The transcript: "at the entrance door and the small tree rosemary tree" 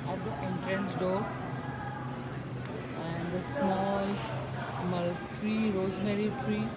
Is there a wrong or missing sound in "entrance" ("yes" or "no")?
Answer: no